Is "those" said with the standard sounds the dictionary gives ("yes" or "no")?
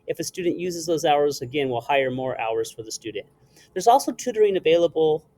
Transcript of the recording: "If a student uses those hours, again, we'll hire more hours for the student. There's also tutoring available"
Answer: yes